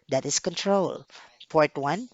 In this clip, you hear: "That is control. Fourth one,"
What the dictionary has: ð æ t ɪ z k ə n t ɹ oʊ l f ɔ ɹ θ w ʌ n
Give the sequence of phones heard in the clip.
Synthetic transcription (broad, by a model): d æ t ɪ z k ə n t ɹ oʊ l p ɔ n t w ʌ n